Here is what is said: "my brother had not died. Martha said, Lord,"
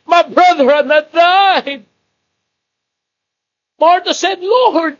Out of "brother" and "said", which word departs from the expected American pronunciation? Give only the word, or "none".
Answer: none